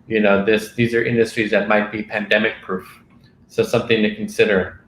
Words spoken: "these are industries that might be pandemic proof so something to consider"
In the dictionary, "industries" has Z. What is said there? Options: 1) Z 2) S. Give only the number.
1